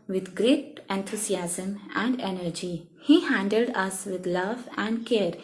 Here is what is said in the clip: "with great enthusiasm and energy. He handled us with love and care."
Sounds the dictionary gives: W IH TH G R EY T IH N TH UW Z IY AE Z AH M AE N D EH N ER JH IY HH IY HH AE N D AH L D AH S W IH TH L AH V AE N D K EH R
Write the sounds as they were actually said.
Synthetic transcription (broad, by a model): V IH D G R EY T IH N T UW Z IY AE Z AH M AE N D EH N ER JH IY HH IY HH AE N D AH L D AH S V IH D L AH V AE N D K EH R